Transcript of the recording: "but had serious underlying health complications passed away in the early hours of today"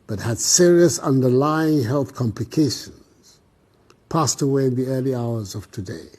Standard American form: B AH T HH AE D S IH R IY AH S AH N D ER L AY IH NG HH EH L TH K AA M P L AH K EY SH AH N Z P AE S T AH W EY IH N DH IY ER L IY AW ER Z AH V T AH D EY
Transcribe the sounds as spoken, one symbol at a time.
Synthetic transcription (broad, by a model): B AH T HH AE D S IH R IY AH S AH N D ER L AY IH NG HH EH L TH K AA M P L AH K EY SH AH N Z P AE S T AH W EY IH N DH IY ER L IY AW ER Z AH V T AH D EY